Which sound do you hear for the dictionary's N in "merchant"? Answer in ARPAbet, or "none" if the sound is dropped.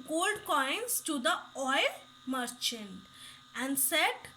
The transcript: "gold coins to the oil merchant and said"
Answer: N